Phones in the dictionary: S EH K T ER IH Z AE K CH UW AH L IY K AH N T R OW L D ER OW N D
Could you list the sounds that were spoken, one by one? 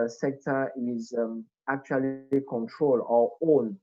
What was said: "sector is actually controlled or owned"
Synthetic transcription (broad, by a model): S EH K T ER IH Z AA K CH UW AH L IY K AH N T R OW L AO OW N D